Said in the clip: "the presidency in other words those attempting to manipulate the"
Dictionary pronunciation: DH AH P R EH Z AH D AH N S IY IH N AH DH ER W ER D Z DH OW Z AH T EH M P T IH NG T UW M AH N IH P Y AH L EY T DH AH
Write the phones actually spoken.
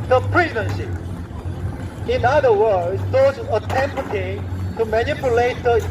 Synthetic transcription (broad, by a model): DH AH P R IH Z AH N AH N SH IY IH N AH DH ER W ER D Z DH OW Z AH T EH M P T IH T UW M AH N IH P Y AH L EY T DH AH